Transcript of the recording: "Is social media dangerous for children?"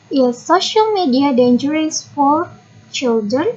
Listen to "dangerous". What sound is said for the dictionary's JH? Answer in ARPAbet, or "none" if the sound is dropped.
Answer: JH